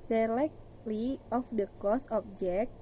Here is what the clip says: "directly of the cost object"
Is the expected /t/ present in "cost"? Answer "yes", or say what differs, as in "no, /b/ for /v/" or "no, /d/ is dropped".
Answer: no, /t/ is dropped